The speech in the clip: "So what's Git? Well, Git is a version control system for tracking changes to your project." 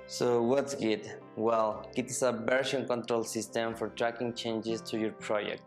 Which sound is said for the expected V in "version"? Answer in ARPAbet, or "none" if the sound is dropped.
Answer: B